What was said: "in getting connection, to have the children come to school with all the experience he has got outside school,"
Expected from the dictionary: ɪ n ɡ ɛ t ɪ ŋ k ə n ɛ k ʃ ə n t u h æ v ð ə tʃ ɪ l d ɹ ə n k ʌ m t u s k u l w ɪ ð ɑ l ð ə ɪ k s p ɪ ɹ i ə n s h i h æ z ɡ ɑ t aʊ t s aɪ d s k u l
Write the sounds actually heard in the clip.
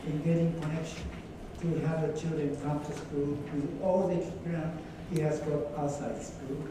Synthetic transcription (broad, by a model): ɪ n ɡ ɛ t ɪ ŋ k ə n ɛ k ʃ ə n t u h æ v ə tʃ ɪ l d ɹ ə n k ʌ m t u s k u l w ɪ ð ɑ l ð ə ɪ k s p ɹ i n h i h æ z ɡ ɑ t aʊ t s aɪ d s k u l